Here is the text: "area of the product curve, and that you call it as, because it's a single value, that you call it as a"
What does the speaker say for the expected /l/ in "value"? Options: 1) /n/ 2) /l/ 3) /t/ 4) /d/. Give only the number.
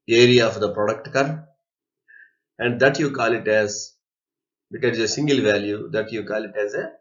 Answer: 2